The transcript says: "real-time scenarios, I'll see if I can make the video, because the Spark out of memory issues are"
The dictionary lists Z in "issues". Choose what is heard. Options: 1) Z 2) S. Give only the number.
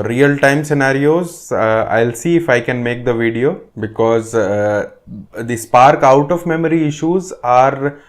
1